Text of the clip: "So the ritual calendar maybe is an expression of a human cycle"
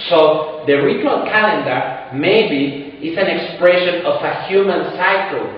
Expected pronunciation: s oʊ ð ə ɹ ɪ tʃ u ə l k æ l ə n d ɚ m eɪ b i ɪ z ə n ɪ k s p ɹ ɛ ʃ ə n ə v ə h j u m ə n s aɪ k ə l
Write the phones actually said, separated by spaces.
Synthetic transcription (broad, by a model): s oʊ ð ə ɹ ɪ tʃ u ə l k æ l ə n d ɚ m eɪ b i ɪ s ə n ɪ k s p ɹ ɛ ʃ ə n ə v ə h j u m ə n s aɪ k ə l